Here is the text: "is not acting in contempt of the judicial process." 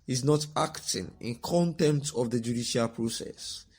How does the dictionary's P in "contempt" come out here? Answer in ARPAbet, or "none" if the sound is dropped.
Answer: none